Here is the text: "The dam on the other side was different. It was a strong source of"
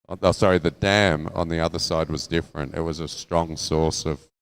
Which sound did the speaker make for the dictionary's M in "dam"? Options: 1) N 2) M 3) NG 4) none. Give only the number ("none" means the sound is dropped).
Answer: 2